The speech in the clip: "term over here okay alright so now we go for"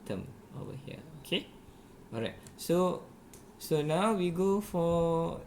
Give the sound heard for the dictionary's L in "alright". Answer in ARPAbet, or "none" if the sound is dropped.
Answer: none